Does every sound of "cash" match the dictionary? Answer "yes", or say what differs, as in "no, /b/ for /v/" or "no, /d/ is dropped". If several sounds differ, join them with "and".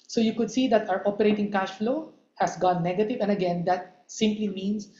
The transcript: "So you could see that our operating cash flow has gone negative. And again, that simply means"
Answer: yes